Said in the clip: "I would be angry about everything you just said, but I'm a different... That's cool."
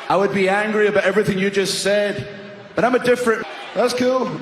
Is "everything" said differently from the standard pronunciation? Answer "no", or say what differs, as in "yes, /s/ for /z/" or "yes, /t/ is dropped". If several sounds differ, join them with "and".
no